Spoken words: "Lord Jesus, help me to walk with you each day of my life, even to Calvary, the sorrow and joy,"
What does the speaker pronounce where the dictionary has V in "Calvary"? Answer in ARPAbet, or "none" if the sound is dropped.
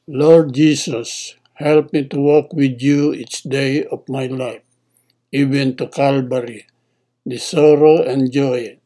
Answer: B